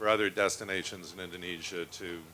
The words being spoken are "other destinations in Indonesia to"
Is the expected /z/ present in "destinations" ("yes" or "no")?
yes